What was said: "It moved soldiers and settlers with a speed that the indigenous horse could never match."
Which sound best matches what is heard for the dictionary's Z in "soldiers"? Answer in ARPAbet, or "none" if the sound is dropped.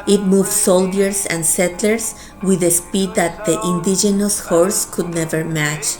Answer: S